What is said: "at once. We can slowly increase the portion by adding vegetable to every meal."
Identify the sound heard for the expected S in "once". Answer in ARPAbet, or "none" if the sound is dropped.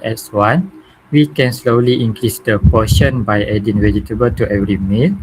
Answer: none